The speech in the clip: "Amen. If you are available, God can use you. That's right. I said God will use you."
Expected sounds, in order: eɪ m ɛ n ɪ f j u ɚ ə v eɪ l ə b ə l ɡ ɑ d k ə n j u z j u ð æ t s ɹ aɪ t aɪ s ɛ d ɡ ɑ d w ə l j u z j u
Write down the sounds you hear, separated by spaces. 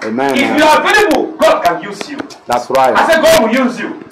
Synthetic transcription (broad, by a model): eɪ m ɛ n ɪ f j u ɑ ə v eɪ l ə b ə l ɡ ɑ d k ə n j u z j u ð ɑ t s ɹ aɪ aɪ s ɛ ɡ ɑ d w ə j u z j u